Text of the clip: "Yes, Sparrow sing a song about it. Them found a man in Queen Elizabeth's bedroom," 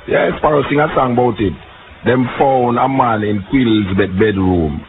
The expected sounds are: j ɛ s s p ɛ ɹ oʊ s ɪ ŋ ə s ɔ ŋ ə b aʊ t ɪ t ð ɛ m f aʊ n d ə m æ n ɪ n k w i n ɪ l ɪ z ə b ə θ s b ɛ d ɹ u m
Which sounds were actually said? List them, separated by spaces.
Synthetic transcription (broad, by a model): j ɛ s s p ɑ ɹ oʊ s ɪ ŋ ə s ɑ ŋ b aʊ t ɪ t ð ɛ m f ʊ n ə m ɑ n ɪ n k w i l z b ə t b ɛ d ɹ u m